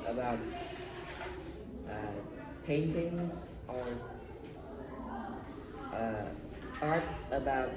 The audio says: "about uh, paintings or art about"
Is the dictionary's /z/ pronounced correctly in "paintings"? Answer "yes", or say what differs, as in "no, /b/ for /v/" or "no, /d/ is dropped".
yes